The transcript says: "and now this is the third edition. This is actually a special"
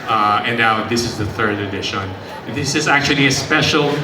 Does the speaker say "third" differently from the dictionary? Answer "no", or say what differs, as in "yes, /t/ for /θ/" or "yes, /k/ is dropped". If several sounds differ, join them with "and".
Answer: no